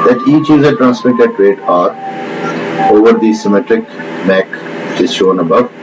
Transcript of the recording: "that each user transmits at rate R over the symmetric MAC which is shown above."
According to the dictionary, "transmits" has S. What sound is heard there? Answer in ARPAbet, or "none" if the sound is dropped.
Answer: none